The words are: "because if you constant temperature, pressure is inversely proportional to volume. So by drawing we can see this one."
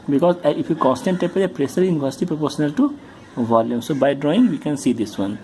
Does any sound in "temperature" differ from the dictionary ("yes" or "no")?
yes